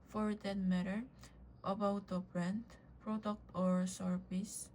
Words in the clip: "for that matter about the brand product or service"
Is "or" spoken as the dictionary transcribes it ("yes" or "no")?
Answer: yes